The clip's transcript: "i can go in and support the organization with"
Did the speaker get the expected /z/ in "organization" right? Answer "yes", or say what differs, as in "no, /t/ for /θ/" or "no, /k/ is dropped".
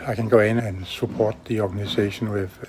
no, /s/ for /z/